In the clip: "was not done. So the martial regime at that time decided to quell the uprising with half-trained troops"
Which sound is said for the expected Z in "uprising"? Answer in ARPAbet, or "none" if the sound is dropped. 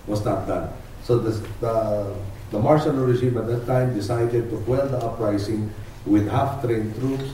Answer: S